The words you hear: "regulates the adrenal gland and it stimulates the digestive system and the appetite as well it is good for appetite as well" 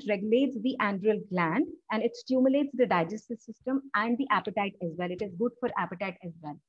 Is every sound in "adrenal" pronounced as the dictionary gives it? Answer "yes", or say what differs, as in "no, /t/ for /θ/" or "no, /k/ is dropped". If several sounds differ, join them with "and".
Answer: no, /n/ is dropped